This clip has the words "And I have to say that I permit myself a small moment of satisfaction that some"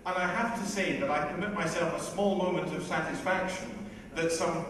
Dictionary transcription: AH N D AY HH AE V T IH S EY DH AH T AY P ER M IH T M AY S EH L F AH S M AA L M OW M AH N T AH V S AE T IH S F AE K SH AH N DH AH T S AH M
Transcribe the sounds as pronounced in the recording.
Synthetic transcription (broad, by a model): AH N AY HH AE F T IH S EY DH AH T AY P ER M IH T M AY S EH L F AH S M AA L M OW M AH N T AH V S AE T IH S F AE K SH AH N DH AH T S AH M